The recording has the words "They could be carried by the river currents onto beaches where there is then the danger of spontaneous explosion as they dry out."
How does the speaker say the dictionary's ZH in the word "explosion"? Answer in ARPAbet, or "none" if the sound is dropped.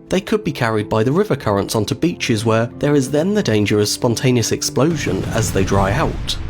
ZH